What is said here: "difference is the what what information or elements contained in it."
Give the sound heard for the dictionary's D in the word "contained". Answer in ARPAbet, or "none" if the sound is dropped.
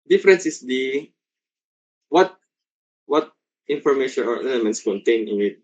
none